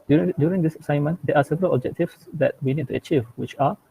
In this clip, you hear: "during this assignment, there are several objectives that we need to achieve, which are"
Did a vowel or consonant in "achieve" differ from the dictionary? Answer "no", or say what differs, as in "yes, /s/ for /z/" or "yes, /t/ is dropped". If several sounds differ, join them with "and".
no